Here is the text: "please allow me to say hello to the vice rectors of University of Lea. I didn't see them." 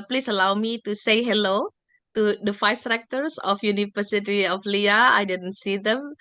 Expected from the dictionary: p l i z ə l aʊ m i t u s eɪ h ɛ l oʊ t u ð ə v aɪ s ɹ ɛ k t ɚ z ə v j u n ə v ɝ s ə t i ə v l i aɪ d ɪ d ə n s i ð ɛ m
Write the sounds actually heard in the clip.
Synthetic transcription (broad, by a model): p l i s ə l aʊ m i t u s eɪ h ɛ l oʊ t u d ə f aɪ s ɹ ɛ k t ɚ s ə f j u n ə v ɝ s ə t i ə f l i aɪ d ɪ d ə n s i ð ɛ m